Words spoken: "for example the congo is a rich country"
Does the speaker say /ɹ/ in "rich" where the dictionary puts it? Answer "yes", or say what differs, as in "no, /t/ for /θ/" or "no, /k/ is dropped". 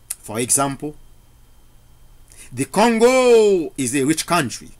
yes